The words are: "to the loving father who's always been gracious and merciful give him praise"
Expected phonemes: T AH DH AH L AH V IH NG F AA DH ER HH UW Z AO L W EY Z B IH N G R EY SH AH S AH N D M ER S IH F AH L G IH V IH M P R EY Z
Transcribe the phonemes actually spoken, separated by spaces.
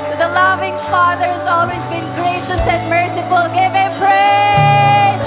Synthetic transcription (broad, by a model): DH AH L AH V IH NG F AA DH ER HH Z AO L W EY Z B IH N G R EY SH AH S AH N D M ER S IH F AH L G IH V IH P R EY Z